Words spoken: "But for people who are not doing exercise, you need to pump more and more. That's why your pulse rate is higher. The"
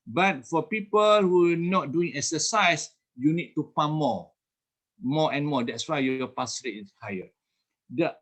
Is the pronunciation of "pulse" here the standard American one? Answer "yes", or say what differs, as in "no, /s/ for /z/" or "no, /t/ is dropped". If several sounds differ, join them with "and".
no, /l/ is dropped